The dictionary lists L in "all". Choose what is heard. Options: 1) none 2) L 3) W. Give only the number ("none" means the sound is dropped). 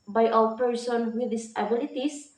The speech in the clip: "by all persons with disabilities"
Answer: 3